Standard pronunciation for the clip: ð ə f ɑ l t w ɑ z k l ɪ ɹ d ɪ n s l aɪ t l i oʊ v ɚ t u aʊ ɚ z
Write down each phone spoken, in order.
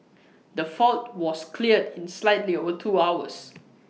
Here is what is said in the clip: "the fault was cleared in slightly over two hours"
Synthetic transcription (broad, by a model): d ə f ɑ l t w ɑ s k l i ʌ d ɪ n s l aɪ t l i oʊ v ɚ t u aʊ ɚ s